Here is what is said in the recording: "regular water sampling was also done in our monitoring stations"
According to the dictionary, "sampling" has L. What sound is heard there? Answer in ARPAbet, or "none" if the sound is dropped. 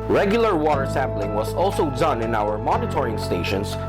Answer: L